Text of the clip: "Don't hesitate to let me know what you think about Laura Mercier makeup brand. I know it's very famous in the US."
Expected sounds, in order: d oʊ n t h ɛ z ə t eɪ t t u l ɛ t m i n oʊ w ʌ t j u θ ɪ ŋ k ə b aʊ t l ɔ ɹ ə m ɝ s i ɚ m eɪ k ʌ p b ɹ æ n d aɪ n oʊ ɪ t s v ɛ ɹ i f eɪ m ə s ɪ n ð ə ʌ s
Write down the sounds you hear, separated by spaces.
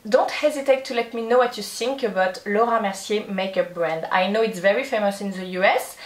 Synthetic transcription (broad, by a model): d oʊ n t h ɛ z ə t eɪ t t u l ɛ t m i n oʊ w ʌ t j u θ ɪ ŋ k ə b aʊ t l ɔ ɹ ə m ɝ s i m eɪ k ʌ p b ɹ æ n d aɪ n oʊ ɪ t s v ɛ ɹ i f eɪ m ə s ɪ n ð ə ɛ s